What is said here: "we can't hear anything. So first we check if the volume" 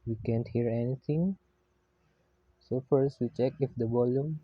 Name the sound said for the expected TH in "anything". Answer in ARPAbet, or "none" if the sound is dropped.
T